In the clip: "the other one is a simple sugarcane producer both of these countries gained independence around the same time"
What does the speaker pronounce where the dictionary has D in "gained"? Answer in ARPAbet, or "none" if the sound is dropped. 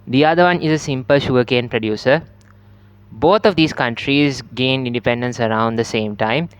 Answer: none